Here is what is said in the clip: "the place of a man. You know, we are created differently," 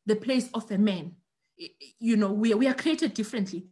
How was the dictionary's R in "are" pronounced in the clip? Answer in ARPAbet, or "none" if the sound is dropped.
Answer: W